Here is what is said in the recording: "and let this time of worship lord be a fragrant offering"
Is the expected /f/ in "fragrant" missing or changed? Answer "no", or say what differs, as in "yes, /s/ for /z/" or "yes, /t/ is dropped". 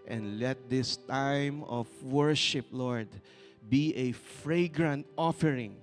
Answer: no